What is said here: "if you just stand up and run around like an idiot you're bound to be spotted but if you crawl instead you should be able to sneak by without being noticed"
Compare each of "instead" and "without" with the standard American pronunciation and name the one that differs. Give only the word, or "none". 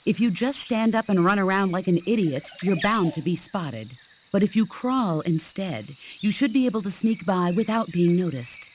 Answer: none